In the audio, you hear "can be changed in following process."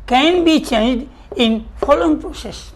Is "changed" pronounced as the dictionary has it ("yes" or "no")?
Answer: yes